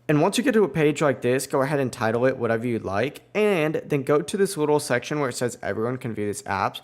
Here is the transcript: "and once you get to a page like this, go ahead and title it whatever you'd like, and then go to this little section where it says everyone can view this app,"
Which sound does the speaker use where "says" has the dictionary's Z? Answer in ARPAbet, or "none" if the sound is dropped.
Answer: Z